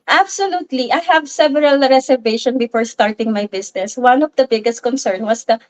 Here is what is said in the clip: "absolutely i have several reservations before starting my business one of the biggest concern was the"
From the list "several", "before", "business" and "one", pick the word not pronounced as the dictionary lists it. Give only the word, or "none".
business